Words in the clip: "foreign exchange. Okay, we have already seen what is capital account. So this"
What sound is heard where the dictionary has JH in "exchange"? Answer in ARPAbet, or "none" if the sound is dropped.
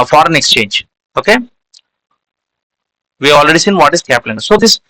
JH